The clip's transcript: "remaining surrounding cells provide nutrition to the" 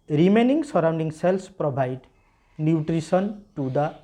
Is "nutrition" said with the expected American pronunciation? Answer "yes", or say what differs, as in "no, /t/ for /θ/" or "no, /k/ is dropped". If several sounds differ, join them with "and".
no, /s/ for /ʃ/